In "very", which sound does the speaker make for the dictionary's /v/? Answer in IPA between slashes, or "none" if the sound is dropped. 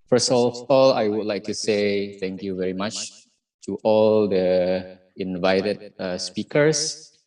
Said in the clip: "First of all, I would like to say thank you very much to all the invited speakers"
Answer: /v/